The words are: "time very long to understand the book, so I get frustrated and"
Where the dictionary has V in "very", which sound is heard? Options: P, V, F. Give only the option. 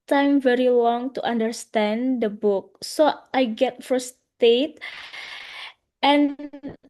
V